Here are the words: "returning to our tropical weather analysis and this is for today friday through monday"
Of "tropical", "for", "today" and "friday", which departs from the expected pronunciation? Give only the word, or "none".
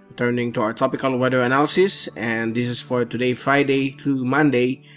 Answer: tropical